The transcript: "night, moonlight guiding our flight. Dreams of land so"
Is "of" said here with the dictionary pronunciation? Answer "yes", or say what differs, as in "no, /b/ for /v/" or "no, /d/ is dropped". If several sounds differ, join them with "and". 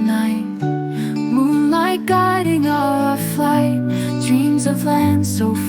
yes